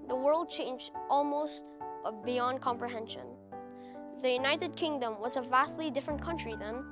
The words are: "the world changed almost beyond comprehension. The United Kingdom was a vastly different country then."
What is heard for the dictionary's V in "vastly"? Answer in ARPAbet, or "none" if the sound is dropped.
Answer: V